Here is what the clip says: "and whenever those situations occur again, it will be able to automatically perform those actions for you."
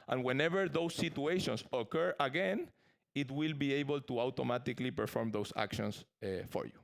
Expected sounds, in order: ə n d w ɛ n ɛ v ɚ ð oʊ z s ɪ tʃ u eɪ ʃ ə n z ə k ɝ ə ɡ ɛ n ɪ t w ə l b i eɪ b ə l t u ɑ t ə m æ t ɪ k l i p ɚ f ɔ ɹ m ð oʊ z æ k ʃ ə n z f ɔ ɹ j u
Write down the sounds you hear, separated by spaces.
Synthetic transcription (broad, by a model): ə n w ɛ n ɛ v ɚ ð oʊ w s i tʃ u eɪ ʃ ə n s ə k ɝ ə ɡ ɛ n ɪ t w ə l b i eɪ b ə l t u ɑ t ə m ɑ t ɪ k l i p ɚ f ɔ ɹ m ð oʊ s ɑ k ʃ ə n s f ɔ ɹ j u